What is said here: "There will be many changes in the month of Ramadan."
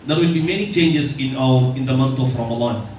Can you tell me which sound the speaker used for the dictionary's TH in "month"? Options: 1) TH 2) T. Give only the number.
2